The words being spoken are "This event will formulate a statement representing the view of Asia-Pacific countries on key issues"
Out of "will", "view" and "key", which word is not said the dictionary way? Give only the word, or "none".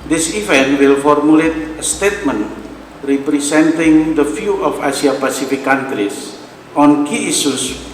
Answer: view